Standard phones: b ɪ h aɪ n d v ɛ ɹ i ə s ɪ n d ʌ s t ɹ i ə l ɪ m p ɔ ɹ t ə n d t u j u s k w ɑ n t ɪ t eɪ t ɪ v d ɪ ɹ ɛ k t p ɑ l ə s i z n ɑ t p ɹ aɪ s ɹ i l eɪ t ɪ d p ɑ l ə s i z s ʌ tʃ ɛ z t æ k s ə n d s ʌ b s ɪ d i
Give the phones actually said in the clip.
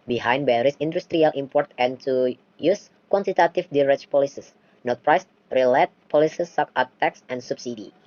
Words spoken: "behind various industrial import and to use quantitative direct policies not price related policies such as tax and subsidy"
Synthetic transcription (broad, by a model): b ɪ h aɪ n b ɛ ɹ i s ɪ n d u s t ɹ i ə l ɪ m p ɔ ɹ t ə n t u j u s k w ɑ n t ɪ t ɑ t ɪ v d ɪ ɹ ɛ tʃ p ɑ l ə s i s n ɑ t p ɹ aɪ s ɹ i l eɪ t p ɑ l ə s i s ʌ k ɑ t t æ k s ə n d s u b s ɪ d i